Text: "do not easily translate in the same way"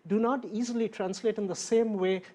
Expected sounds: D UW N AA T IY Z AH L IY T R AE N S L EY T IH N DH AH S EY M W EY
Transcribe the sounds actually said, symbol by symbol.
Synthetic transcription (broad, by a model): D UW N AA T IY Z AH L IY T R AE N S L EY T IH N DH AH S EY M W EY